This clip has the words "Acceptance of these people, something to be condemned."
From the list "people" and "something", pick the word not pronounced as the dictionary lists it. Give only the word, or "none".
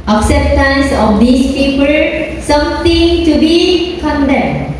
something